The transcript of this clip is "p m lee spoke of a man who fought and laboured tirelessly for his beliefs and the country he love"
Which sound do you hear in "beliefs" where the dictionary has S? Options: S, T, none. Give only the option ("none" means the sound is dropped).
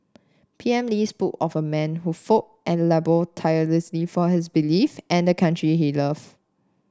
none